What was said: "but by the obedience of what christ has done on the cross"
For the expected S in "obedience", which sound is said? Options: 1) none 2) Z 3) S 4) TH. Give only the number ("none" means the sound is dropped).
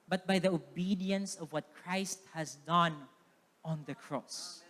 3